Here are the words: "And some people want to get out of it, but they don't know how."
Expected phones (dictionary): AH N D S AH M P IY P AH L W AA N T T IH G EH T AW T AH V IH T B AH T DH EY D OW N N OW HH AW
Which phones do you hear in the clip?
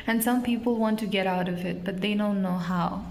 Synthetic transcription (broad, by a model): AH N S AH M P IY P L W AA N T T IH G EH T AW T AH V IH T B AH T DH EY D OW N N OW HH AW